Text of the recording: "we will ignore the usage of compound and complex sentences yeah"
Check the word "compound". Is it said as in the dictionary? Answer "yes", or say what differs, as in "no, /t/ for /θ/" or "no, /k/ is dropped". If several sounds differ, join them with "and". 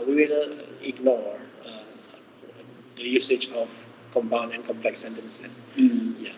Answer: no, /d/ is dropped